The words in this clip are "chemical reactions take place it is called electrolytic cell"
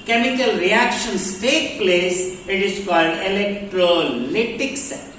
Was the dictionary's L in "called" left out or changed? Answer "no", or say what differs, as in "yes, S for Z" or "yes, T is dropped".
no